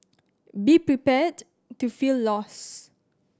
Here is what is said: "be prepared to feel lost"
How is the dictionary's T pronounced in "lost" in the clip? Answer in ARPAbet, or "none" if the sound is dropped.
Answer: none